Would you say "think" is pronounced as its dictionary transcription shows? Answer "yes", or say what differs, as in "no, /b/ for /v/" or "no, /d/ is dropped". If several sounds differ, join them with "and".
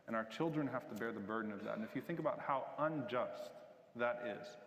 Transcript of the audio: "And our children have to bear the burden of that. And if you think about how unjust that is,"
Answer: yes